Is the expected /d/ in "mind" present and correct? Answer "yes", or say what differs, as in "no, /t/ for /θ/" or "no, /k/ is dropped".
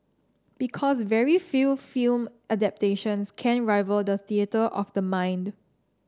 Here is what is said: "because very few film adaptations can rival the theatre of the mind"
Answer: yes